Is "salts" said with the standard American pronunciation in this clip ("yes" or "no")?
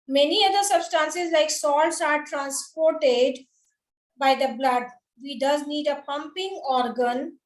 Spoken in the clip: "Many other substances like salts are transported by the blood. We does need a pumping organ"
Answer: yes